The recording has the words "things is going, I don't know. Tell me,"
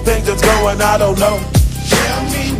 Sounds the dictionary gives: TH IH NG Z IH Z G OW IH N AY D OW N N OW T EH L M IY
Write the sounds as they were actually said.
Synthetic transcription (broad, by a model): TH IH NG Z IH S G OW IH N AY D OW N N OW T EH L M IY